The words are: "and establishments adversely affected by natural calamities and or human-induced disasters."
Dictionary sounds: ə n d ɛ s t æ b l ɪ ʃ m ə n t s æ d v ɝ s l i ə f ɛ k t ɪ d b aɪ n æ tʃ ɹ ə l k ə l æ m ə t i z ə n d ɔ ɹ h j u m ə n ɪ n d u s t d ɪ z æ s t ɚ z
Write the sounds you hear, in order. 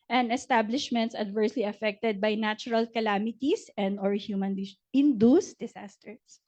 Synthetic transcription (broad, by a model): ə n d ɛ s t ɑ b l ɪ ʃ m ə n t s æ d v ɝ s l i ə f ɛ k t ɪ d b aɪ n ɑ tʃ ɹ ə l k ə l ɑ m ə t i s ə n d ɔ ɹ h j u m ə n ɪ n d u s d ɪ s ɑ s t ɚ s